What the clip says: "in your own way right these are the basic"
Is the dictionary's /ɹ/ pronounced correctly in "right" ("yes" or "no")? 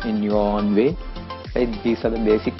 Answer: no